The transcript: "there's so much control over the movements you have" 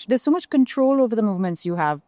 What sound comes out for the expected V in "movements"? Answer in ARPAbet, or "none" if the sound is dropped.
V